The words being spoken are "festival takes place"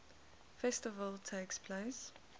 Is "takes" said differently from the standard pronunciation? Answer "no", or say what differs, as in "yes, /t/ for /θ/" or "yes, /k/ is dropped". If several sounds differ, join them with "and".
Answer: no